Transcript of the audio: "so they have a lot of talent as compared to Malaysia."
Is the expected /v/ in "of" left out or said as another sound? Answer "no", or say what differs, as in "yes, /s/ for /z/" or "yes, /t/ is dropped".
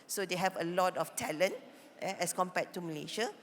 yes, /f/ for /v/